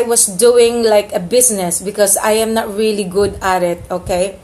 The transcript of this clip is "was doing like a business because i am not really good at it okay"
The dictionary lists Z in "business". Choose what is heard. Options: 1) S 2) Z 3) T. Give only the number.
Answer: 1